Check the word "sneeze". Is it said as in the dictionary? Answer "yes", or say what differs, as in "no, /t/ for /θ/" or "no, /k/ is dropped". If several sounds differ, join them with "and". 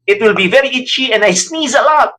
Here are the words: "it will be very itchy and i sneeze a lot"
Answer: yes